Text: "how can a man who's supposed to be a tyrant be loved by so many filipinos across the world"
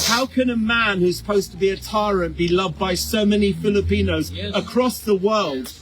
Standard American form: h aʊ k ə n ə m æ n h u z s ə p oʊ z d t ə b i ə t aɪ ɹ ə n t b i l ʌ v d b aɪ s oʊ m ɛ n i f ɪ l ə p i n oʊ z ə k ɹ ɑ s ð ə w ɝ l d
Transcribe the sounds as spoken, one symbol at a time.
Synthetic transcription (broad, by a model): h aʊ k ə n ə m æ n h u z s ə p oʊ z t ə b i ə t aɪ ɹ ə n b i l ʌ v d b aɪ s oʊ m ɛ n i f ɪ l ə p i n oʊ z ə k ɹ ɑ s ð ə w ɝ l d